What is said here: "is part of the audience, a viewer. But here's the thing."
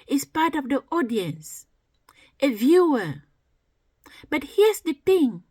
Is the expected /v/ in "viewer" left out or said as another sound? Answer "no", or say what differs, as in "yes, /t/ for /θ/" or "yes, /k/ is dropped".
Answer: no